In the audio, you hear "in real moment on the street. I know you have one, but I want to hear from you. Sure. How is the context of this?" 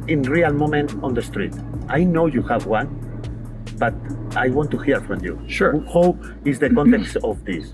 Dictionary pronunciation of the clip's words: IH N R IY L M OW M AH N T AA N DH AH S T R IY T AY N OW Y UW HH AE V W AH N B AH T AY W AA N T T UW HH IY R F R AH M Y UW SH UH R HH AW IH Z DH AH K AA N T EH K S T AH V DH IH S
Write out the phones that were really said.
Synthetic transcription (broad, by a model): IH N R IY L M OW M AH N T AA N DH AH S T R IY T AY N OW Y UW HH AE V W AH N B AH T AY W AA N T T UW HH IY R F R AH M Y UW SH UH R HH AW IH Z DH AH K AA N T EH K S T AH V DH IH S